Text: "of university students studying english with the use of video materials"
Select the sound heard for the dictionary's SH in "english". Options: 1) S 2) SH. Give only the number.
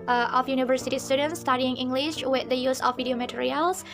2